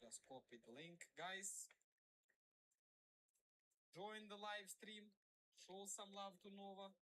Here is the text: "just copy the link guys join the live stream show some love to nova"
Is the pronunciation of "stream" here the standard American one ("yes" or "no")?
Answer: yes